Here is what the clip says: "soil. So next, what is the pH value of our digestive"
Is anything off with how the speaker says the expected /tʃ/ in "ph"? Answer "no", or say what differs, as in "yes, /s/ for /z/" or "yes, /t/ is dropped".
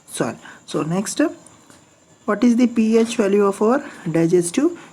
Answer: no